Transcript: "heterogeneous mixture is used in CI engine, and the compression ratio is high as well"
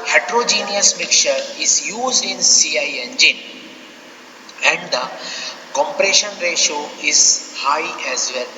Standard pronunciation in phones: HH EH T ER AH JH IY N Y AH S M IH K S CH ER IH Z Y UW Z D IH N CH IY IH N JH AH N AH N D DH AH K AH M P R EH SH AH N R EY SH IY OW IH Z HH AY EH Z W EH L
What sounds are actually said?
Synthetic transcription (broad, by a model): HH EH T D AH JH IY N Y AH S M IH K CH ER IH Z Y UW Z D IH N S IY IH N JH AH N AH N D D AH K AH M P R EH SH AH N R EY SH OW IH Z HH AY EH Z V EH L